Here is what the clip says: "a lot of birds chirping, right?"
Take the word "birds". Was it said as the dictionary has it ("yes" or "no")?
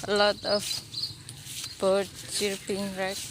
no